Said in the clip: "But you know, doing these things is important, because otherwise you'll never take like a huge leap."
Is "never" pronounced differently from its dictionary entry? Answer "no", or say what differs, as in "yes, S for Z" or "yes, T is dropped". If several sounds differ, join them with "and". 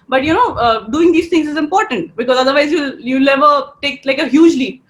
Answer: yes, L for N